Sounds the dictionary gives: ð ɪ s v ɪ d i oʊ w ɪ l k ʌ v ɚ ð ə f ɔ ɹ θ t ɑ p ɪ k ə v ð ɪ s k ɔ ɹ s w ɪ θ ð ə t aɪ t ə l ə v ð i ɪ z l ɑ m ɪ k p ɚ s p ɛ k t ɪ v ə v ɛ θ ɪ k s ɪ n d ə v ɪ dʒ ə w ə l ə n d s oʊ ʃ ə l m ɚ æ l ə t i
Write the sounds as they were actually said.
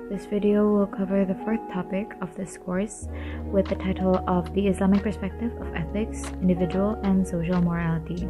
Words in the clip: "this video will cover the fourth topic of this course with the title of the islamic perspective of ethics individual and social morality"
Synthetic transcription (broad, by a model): ð ɪ s v ɪ d i oʊ w ɪ l k ʌ v ɚ ð ə f ɔ ɹ θ t ɑ p ɪ k ə v ð ɪ s k ɔ ɹ s w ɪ ð ə t aɪ t l ə v ð i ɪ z l ɑ m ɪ k p ɚ s p ɛ k t ɪ v ə v ɛ θ ɪ k s ɪ n d ə v ɪ dʒ ə w ə l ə n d s oʊ ʃ l m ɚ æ l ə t i